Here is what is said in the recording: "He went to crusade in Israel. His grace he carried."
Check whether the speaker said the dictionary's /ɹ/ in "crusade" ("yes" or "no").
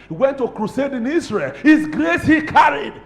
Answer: yes